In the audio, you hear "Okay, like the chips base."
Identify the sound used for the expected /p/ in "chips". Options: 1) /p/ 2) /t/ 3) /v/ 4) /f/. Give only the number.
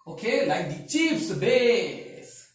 4